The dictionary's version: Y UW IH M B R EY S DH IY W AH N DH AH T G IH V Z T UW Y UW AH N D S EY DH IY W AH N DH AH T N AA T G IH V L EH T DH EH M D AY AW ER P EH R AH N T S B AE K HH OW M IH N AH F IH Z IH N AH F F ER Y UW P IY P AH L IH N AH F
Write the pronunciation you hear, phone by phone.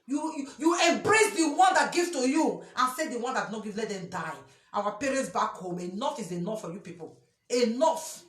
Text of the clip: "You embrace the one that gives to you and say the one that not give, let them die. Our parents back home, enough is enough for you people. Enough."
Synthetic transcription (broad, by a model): Y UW IH M B R EY S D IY W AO N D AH T G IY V T UW Y UW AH N S EY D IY W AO N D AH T N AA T G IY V L EH T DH EH M D AY AW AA P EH R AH N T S B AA K HH OW M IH N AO F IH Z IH N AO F F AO Y UW P IY P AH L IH N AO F